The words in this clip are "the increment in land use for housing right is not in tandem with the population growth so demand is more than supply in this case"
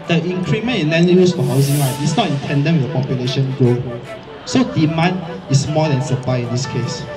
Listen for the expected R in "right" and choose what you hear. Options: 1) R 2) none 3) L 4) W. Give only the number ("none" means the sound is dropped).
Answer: 3